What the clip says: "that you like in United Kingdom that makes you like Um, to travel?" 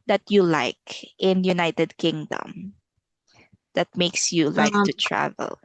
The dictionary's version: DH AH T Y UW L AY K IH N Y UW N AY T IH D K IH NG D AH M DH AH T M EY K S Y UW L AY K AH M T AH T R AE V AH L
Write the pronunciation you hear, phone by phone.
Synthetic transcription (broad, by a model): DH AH T Y UW L AY K IH N Y UW N AY T IH D K IH NG D AH M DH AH T M EY K S Y UW L AY K T AH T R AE V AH L